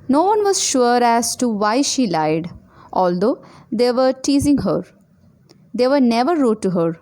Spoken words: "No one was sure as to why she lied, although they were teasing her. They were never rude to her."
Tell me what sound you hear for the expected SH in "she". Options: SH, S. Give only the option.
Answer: SH